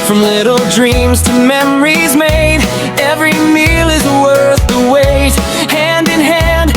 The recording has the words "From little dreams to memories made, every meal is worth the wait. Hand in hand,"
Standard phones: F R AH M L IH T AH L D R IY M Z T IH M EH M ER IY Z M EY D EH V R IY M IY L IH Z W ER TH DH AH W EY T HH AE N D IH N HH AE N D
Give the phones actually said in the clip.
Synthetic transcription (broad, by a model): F R AH M L IH T L D R IY M Z T IH M EH M ER IY Z M EY D EH V R IY M IY L IH Z W ER TH DH AH W EY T HH AE N D IH N HH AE N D